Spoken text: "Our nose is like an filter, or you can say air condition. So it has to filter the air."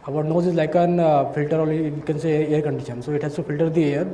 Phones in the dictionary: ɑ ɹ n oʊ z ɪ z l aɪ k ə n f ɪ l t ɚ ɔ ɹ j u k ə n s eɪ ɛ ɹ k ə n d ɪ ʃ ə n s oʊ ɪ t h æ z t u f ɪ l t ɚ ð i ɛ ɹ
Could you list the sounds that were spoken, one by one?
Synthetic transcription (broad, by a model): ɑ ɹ n oʊ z ɪ z l aɪ k ə n f ɪ l t ɚ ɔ l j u k ə n s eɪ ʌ ɹ k ə n d ɪ ʃ ə n s oʊ ɪ t h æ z t u f ɪ l t ɚ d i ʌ ɹ